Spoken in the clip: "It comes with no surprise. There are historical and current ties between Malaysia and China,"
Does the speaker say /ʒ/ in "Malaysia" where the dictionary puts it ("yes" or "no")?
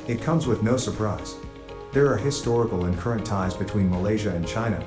yes